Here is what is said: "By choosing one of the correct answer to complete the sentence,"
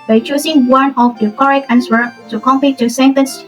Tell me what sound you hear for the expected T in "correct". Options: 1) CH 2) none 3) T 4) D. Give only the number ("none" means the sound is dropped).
2